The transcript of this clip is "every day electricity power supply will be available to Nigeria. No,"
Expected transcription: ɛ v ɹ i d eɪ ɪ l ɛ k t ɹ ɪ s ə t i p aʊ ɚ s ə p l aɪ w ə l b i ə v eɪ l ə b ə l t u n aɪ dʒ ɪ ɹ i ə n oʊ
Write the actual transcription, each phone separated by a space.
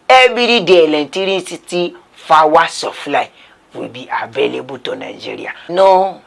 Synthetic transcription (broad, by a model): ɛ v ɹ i d eɪ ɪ l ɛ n t ɹ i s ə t i f aʊ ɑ s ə f l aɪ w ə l b i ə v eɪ l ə b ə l t u n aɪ dʒ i ɹ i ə n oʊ